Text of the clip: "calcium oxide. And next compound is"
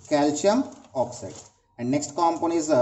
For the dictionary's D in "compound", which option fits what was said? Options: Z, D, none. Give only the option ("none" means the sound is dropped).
none